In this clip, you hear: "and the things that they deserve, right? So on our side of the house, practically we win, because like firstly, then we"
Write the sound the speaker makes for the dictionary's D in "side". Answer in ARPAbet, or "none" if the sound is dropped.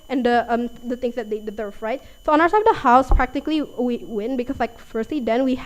none